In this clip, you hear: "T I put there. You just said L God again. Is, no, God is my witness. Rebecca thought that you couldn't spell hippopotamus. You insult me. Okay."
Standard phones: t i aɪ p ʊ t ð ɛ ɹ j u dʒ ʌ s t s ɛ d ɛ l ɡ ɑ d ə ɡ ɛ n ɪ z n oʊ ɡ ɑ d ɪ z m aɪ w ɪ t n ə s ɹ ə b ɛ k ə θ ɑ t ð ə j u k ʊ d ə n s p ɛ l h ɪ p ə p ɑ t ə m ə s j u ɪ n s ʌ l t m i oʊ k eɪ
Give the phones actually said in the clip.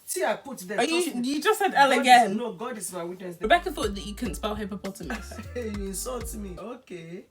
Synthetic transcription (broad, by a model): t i aɪ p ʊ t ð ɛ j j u dʒ ʌ s t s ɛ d ɛ l ə ɡ ɛ n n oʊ ɡ ɑ d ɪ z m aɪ w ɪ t n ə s ɹ ə b ɛ k ə f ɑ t ð ə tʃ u k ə n s p ɛ l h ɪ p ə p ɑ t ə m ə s j u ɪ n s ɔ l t m i oʊ k eɪ